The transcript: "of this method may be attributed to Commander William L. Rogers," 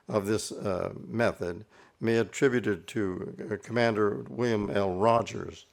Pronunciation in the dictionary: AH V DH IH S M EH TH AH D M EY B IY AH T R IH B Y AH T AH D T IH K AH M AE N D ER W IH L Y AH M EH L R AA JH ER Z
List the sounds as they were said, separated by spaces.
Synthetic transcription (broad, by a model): AH V DH IH S M EH TH AH D M EY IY AH T R IH B Y AH T AH D T IH K AH M AE N D ER W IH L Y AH M EH L R AA JH ER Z